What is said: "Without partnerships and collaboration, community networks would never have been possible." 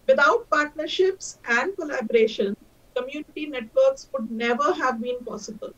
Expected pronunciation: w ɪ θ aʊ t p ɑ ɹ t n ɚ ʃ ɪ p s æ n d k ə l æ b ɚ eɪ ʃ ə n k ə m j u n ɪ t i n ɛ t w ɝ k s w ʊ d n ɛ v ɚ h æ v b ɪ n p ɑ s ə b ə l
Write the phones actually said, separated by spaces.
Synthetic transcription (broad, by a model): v ɪ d aʊ t p ɑ ɹ t n ɚ ʃ ɪ p s æ n d k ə l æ b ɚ eɪ ʃ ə n k ə m j u n ɪ t i n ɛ t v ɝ k s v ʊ d n ɛ v ɚ h æ v b ɪ n p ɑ s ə b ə l